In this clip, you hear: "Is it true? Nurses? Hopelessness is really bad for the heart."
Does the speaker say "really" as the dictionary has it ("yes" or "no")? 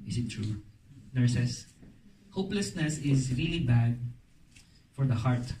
yes